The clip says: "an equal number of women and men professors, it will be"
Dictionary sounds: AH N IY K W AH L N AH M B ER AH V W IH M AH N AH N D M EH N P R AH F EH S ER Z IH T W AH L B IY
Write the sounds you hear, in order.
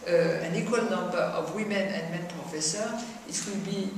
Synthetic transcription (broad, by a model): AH N IY K W AH L N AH M B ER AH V W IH M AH N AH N M EH N P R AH F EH S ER IH T W AH L B IY